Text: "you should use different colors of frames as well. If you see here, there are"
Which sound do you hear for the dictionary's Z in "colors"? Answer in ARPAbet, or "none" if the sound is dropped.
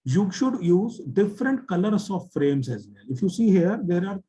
S